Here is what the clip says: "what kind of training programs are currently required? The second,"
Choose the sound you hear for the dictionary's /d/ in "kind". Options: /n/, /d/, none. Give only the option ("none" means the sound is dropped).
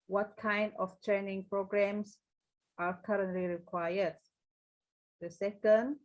/d/